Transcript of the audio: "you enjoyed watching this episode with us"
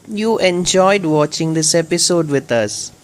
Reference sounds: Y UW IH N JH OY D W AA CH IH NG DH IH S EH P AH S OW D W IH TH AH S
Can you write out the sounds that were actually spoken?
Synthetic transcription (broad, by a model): Y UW IH N JH OY D W AA CH IH NG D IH S EH P AH S OW D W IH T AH S